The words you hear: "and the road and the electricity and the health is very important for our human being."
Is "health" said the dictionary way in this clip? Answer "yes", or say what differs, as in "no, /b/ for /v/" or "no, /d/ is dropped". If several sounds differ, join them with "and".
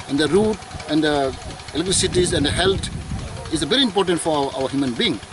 no, /t/ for /θ/